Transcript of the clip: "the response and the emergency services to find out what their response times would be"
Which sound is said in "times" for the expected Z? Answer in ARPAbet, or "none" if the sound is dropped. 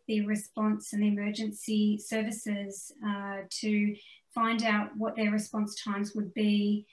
Z